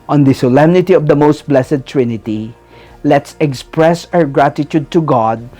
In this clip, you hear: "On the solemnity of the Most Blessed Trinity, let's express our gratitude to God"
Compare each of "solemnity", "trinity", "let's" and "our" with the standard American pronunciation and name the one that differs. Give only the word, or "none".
none